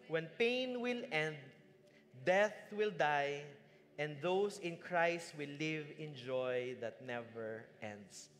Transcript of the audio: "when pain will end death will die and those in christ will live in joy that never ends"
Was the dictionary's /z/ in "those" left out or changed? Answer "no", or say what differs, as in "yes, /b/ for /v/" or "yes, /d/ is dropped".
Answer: yes, /s/ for /z/